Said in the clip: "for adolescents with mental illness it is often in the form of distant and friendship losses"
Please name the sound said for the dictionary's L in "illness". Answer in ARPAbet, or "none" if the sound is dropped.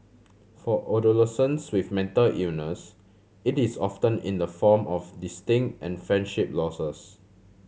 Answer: none